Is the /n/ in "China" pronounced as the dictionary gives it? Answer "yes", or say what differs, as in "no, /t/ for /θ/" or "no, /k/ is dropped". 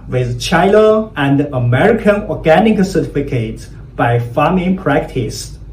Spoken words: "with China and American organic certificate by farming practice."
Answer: no, /l/ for /n/